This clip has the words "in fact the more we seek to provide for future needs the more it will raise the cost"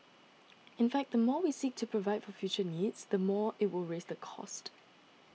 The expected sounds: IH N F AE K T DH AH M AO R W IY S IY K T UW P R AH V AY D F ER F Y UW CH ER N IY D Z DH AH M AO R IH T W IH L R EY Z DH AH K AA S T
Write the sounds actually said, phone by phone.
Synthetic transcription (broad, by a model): IH N F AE K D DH AH M AO W IY S IY K T UW P R AH V AY D F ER F Y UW CH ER N IY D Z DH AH M AO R IH T W IH L R EY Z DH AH K AA S T